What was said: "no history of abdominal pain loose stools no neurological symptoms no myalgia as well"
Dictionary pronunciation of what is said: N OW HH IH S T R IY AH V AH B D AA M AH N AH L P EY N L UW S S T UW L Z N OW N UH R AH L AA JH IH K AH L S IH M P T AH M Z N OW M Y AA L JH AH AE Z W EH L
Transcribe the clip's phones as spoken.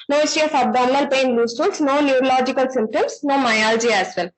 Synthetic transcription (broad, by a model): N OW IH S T IY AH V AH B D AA M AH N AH L P EY N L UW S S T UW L S N OW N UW R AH L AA JH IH K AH L S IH M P T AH M S N OW M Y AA L JH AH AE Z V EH L